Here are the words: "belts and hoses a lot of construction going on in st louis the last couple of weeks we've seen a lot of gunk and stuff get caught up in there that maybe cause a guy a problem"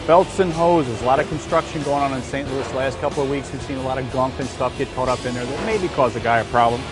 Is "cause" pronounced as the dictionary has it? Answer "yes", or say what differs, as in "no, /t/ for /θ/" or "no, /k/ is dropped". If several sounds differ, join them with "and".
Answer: yes